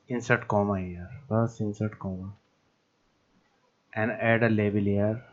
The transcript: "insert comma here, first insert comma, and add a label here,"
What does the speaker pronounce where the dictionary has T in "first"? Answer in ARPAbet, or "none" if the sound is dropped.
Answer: none